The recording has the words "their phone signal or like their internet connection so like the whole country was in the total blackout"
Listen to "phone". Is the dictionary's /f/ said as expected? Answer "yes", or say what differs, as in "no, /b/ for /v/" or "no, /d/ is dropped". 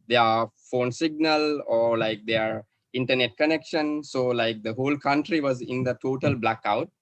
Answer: yes